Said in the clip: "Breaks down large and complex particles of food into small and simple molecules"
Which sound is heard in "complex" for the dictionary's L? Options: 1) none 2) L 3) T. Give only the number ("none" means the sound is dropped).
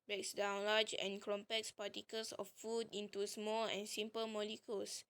1